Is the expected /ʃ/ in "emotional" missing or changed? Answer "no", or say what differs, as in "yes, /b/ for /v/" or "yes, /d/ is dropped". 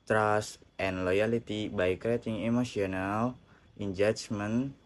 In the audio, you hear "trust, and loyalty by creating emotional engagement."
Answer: yes, /s/ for /ʃ/